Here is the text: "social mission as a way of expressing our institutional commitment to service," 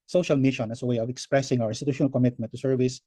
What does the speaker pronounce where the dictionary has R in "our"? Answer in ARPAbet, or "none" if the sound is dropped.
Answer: W